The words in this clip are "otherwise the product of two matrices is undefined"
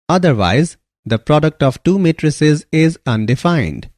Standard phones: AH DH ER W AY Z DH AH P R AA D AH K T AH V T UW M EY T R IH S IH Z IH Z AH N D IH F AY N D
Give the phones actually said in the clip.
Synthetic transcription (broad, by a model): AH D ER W AY Z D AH P R AA D AH K T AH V T UW M EY T R IH S IH Z IH Z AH N D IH F AY N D